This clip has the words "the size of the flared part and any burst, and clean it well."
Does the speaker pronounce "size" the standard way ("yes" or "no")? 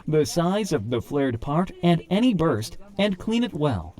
yes